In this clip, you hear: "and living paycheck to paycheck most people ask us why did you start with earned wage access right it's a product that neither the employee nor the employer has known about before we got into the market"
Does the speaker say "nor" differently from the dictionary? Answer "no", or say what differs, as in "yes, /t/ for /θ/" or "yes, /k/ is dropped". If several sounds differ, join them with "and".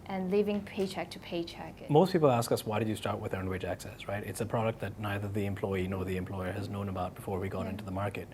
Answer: no